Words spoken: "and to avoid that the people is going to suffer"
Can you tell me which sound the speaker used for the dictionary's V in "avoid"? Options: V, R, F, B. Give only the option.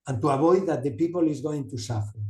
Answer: B